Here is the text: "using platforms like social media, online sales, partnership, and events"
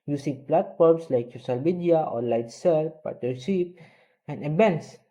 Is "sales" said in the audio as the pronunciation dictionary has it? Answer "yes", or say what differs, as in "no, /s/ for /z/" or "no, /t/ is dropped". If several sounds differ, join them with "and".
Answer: no, /z/ is dropped